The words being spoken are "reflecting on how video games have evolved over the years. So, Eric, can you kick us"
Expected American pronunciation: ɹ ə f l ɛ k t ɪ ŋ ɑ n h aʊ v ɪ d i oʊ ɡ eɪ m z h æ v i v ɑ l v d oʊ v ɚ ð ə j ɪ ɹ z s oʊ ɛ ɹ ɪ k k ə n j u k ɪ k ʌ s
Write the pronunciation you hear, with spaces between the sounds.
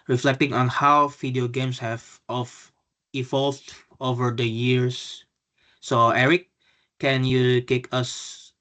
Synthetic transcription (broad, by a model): ɹ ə f l ɛ k t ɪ ŋ ɑ n h aʊ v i d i oʊ ɡ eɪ m s h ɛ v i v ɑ l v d oʊ v ɚ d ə j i ɹ s oʊ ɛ ɹ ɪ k k ə n j u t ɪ k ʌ s